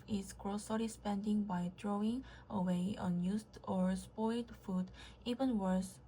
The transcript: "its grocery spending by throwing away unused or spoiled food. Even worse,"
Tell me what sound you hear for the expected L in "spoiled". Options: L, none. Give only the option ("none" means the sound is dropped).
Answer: L